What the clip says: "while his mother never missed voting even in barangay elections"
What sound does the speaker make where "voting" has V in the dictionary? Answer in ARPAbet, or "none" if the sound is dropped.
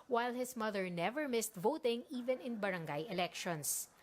V